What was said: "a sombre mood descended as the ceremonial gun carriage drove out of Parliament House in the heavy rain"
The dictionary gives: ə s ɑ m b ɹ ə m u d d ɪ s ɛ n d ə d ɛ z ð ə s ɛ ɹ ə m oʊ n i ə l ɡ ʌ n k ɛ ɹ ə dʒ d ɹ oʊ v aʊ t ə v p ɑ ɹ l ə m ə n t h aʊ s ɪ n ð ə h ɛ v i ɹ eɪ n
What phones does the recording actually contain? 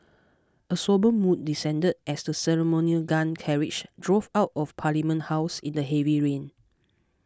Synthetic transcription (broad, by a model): ə s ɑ b ə m u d d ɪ s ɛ n d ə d ɛ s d ə s ɛ ɹ ə m oʊ n i ə l ɡ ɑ n k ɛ ɹ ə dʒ d ɹ oʊ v aʊ t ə f p ɑ l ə m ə n t h aʊ s ɪ n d ə h ɛ v i ɹ eɪ n